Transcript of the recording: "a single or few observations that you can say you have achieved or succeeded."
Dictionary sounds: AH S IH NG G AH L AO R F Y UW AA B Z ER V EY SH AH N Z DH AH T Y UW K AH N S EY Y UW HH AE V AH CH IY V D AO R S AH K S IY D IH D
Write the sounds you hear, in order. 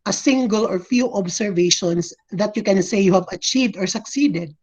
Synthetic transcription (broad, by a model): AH S IH NG G AH L AO R F Y UW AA B S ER V EY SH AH N S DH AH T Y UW K AH N S EY Y UW HH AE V AH CH IY V D AO R S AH K S IY D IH D